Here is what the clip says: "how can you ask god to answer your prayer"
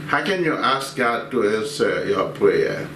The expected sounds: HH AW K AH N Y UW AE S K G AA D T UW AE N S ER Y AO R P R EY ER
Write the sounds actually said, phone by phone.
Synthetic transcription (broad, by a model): HH AW K AH N Y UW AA S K G AA D T UW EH S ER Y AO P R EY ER